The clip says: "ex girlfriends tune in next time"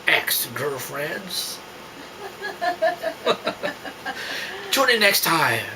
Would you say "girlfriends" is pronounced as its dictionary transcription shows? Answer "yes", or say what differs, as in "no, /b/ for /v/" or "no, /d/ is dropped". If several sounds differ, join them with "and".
no, /l/ is dropped